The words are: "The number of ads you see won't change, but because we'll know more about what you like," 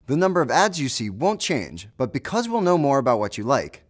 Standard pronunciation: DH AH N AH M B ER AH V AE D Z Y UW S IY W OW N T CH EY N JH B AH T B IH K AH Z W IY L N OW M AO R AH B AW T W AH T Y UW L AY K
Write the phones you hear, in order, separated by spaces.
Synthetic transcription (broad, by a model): DH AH N AH M B ER AH V AE D Z Y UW S IY W OW N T CH EY N JH B AH T B IH K AH Z W IY L N OW M AO R AH B AW T W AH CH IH L AY K